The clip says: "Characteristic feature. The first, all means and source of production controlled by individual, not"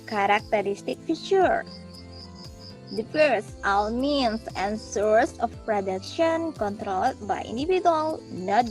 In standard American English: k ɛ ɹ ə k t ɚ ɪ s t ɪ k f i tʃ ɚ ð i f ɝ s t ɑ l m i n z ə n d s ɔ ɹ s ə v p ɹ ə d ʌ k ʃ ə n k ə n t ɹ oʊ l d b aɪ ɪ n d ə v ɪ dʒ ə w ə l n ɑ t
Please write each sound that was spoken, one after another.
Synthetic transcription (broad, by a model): k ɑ ɹ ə k t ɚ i s t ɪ k f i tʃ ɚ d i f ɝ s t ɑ w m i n s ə n s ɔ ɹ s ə f p ɹ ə d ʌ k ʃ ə n k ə n t ɹ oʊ l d b aɪ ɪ n d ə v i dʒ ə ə l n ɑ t